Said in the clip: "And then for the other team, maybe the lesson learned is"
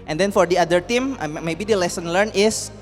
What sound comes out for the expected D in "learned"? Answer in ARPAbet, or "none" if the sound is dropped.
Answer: none